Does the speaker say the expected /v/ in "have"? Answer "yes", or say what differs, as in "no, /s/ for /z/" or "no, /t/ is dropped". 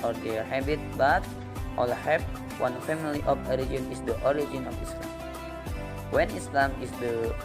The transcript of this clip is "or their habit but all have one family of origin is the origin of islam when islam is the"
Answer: no, /p/ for /v/